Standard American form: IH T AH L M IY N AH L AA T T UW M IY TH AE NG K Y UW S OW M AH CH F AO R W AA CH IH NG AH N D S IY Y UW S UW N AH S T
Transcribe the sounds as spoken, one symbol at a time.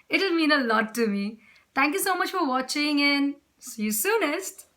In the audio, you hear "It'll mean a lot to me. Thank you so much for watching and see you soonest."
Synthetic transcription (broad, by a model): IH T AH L M IY N AH L AA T T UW M IY T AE NG K Y UW S OW M AH CH F AO R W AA CH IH NG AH N S IY Y UW S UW N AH S T